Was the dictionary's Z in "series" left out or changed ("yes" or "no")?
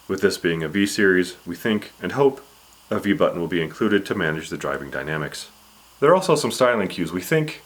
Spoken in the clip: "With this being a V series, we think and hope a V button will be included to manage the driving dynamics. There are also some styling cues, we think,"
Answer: no